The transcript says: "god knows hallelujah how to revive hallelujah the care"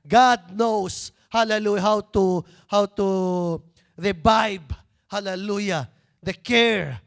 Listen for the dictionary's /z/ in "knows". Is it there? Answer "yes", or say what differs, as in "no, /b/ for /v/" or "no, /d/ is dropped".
no, /s/ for /z/